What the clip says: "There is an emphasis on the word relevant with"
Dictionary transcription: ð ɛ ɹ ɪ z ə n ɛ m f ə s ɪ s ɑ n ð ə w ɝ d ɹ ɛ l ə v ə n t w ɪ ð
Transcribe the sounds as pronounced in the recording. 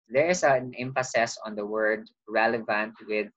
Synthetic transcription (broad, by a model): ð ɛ ɹ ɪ s ə n ɛ m f ə s ɪ s ɑ n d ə w ɝ d ɹ ɛ l ə v ə n t w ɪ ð